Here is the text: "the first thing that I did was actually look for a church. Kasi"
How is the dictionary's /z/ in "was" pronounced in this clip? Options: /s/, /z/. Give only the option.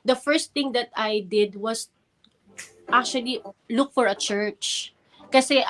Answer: /s/